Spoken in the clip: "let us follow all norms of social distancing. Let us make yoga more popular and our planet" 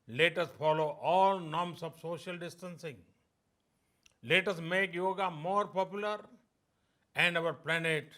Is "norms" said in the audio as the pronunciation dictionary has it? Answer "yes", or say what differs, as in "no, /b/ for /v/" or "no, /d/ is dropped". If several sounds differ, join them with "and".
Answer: no, /s/ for /z/